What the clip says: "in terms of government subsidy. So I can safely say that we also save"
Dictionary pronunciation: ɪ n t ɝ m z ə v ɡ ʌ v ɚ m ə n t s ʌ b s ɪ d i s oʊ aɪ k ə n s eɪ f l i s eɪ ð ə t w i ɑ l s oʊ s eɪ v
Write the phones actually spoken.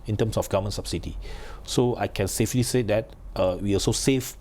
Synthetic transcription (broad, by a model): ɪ n t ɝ m s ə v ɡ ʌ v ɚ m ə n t s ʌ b s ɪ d i s oʊ aɪ k ə n s eɪ f l i s eɪ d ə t w i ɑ s oʊ s eɪ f